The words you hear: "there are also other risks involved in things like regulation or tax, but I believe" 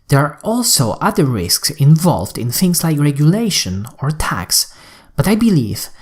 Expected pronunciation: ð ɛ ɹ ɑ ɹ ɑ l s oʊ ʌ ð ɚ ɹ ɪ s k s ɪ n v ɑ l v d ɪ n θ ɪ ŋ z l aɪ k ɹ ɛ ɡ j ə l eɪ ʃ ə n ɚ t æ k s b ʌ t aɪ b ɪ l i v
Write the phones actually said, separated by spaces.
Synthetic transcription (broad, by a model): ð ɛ ɹ ɑ ɹ ɑ l s oʊ ʌ ð ɚ ɹ ɪ s k s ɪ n v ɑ l v d ɪ n θ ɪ ŋ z l aɪ k ɹ ɛ ɡ j ə l eɪ ʃ ə n ɚ t æ k s b ʌ t aɪ b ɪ l i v